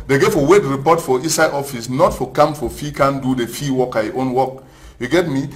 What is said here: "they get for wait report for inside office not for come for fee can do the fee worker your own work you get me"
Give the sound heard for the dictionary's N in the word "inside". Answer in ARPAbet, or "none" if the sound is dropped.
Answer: none